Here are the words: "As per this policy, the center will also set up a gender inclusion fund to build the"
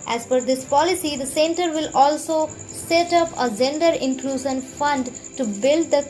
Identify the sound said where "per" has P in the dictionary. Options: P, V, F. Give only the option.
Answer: F